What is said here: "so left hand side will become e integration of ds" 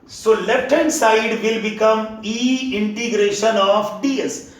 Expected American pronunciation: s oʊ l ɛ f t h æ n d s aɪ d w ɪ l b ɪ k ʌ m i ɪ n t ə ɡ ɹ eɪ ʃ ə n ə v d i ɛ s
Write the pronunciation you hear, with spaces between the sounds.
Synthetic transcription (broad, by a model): s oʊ l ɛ t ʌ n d s aɪ d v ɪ l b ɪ k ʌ m i ɪ n t ə ɡ ɹ eɪ ʃ ə n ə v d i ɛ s